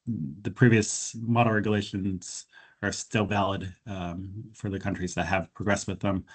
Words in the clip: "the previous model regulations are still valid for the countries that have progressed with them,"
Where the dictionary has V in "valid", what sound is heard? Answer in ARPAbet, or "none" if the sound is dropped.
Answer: V